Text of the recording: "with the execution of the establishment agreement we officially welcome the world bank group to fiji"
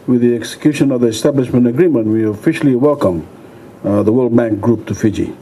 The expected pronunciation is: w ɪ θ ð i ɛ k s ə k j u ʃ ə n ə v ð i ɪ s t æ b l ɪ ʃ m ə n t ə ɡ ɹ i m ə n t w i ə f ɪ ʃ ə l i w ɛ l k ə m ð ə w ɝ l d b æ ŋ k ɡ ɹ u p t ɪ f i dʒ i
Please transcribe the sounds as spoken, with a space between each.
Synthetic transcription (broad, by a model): w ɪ ð i ɛ k s ə k j u ʃ ə n ə v ð i ɪ s t æ b l ɪ ʃ m ə n t ə ɡ ɹ i m ə n t w i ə f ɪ ʃ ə l i w ɛ l k ə m ð ə w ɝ l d b æ ŋ k ɡ ɹ u p t ɪ f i dʒ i